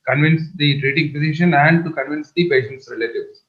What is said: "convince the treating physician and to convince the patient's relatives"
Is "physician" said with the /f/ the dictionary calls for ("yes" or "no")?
no